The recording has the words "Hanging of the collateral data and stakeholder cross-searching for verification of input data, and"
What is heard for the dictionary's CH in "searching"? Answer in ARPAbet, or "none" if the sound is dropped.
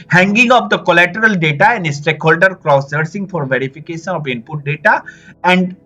S